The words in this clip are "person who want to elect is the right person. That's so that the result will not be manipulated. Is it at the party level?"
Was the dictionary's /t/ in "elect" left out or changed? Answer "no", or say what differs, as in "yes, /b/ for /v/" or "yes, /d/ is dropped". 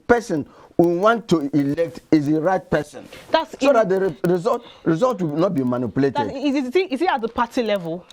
no